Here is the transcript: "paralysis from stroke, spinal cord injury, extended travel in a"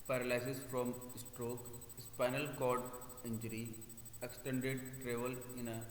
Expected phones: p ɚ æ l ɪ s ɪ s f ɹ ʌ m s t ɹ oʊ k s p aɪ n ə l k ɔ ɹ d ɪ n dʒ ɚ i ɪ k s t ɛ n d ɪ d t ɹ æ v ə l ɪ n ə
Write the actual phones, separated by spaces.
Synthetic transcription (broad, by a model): p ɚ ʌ l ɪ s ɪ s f ɹ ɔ m s t ɹ oʊ k s p aɪ n ə l k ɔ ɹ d ɪ n dʒ ɚ i ɪ k s t ɛ n d ɪ d t ɹ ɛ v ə l ɪ n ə